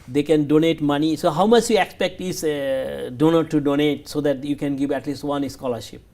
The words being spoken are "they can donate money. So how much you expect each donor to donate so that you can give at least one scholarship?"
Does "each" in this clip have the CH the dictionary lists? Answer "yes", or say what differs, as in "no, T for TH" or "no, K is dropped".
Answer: no, S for CH